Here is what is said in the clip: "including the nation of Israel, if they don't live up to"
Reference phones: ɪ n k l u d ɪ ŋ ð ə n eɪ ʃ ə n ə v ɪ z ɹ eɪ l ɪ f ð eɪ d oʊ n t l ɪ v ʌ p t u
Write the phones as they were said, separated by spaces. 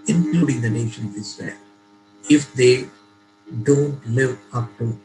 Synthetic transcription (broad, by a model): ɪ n k l u d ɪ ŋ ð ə n eɪ ʃ ə n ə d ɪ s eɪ n ɪ f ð eɪ d oʊ n t l ɪ v ʌ p t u